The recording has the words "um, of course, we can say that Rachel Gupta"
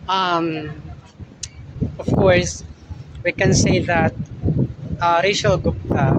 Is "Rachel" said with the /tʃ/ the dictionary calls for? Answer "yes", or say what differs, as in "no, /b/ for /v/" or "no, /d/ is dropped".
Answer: no, /ʃ/ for /tʃ/